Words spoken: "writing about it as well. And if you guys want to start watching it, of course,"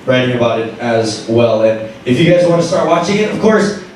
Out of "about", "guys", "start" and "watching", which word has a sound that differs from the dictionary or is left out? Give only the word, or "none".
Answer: none